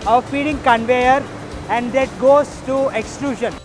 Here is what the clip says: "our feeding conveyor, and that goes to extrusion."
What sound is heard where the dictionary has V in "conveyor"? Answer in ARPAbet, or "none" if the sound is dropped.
V